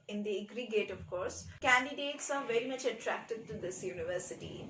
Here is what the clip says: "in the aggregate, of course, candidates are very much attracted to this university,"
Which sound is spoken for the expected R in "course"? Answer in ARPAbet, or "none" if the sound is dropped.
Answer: R